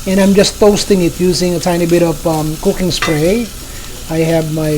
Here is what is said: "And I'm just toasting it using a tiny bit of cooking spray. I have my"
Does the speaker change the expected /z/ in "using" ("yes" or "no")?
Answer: no